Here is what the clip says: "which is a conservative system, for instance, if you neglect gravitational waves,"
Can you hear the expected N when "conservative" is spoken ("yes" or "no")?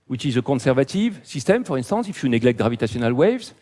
no